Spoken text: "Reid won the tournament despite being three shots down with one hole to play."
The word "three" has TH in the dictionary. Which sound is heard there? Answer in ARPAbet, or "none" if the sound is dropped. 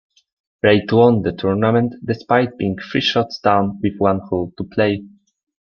F